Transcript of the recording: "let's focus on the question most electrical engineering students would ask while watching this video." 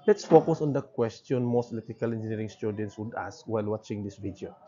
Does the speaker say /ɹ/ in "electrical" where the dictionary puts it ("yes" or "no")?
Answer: no